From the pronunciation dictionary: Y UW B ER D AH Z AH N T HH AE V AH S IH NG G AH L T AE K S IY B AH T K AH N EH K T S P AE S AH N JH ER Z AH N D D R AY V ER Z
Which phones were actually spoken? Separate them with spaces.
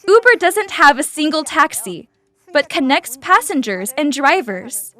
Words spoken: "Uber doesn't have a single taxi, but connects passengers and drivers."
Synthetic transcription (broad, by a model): UW B ER D AH Z AH N T HH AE V AH S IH NG G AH L T AE K S IY B AH T K AH N EH K T S P AE S AH N JH ER Z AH N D D R AY V ER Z